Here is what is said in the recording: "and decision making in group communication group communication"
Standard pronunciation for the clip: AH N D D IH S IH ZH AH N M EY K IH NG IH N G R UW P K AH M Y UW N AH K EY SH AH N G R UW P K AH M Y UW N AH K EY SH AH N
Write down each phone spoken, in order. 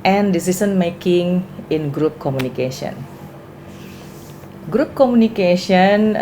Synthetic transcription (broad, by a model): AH N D D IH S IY S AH N M EY K IH NG IH N G R UW P K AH M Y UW N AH K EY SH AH N G R UW P K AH M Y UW N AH K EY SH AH N